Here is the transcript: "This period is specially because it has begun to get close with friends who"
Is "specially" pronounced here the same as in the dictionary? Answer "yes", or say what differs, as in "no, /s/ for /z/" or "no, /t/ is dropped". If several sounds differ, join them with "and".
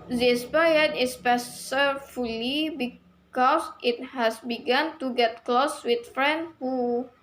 no, /s/ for /ʃ/